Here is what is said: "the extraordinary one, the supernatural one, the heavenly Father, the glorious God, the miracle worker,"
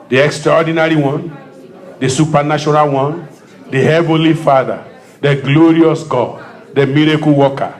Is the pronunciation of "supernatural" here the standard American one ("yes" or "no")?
no